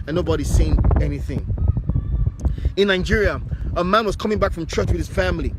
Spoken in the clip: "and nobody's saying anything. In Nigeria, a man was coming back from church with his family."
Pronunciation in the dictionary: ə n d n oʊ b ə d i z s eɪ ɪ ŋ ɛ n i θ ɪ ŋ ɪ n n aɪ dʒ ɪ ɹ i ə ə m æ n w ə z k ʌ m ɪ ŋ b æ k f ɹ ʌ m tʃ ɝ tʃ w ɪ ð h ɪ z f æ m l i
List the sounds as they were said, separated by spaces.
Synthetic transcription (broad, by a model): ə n n oʊ b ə d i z s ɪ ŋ ɛ n i θ ɪ ŋ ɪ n n aɪ dʒ ɪ ɹ i ə ə m æ n w ə z k ʌ m ɪ ŋ b æ k f ɹ ʌ m tʃ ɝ tʃ w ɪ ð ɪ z f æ m l i